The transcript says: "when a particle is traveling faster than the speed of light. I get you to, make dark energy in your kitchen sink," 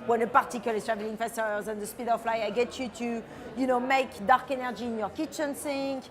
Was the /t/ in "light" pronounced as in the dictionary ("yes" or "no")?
no